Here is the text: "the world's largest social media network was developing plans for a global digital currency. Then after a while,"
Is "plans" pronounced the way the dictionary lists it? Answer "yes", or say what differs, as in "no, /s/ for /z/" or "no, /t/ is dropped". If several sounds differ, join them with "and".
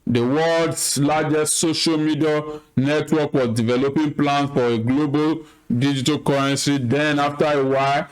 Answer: no, /z/ is dropped